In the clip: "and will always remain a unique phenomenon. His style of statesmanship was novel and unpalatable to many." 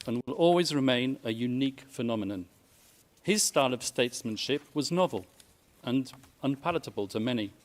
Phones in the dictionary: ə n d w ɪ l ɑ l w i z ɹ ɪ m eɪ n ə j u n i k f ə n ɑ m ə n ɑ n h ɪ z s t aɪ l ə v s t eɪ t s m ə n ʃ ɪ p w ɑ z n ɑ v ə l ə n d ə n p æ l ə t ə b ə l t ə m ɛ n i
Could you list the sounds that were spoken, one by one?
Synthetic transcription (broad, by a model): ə n w ɪ l ɑ l w i z ɹ ɪ m eɪ n ə j u n i k f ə n ɑ m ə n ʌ n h ɪ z s t aɪ l ə v s t eɪ t s m ə n ʃ ɪ p w ɑ z n ɑ v ə l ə n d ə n p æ l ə t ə b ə l t ə m ɛ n i